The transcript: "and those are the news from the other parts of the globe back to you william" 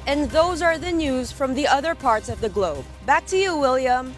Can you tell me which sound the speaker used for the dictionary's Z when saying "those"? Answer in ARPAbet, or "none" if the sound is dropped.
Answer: Z